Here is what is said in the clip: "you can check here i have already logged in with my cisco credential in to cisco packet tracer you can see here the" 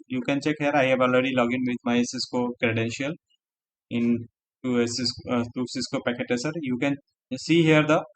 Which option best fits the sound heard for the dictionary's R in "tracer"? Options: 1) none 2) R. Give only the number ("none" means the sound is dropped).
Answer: 1